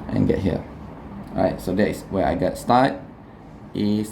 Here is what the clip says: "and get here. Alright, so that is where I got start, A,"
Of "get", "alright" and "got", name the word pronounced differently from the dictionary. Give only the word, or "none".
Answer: alright